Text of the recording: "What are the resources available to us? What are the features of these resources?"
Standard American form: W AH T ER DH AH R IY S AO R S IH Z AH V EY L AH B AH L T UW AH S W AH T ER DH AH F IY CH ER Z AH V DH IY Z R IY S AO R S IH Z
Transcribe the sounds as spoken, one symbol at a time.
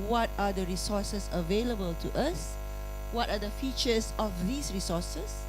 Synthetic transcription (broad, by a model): W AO T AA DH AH R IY S AO S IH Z AH V EY L AH B AH L T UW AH S W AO T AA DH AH F IY CH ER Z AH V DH IY S R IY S AO S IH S